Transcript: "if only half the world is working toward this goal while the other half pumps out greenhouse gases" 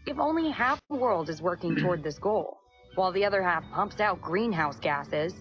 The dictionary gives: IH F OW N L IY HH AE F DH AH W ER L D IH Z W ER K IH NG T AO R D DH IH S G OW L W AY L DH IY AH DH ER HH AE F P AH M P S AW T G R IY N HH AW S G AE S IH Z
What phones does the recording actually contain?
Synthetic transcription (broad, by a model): IH F OW N L IY HH AE F DH AH W ER L D IH Z W ER K IH NG T AO R D DH IH S G OW L W AY L DH IY AH DH ER HH AE F P AH M P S AW T G R IY N HH AW S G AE S IH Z